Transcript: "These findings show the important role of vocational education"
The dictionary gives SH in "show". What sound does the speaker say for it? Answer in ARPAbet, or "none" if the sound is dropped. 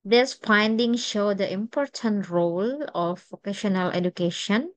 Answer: SH